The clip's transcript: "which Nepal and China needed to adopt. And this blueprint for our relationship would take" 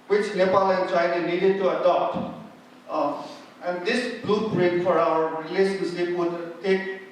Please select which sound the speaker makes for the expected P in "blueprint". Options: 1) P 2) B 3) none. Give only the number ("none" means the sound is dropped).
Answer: 2